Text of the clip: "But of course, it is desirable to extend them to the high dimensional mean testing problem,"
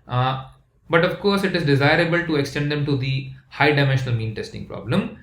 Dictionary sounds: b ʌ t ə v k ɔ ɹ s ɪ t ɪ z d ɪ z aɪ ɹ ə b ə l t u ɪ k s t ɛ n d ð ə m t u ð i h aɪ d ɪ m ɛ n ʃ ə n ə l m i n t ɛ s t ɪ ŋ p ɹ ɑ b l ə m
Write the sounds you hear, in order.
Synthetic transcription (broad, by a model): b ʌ t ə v k ɔ ɹ s ɪ t ɪ z d ɪ z aɪ ɹ ə b ə l t u ɪ k s t ɛ n d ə m t u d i h aɪ d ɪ m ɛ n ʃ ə n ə l m i n t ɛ s t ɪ ŋ p ɹ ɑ b l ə m